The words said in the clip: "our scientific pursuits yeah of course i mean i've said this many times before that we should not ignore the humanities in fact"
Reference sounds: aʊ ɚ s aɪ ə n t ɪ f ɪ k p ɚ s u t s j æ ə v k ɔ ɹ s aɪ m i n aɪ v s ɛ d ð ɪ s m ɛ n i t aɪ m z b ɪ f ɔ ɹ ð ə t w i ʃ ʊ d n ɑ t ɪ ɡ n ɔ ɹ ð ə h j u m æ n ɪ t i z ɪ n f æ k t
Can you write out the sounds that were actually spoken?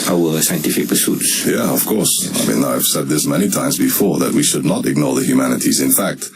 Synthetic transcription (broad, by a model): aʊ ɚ s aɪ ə n t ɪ f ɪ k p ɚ s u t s j æ ə v k ɔ ɹ s aɪ m i n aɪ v s ɛ d ð ɪ s m ɛ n i t aɪ m z b ɪ f ɔ ɹ ð ə t w i ʃ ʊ d n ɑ t ɪ ɡ n ɔ ɹ ð ə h j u m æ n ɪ t i z ɪ n f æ k t